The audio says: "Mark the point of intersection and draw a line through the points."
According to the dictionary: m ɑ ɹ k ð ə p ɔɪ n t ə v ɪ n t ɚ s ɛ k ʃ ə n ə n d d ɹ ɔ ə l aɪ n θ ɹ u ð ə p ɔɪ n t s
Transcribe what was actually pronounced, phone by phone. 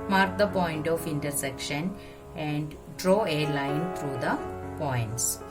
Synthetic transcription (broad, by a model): m ɑ ɹ k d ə p ɔɪ n t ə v ɪ n t ɚ s ɛ k ʃ ə n ə n d d ɹ ɔ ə l aɪ n t ɹ u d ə p ɔɪ n t s